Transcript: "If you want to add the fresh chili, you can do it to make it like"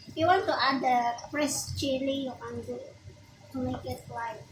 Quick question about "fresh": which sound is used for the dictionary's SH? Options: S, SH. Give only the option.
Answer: S